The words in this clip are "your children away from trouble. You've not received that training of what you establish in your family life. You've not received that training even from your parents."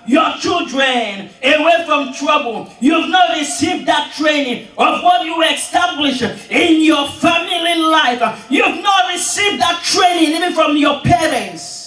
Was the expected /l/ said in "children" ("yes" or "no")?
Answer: yes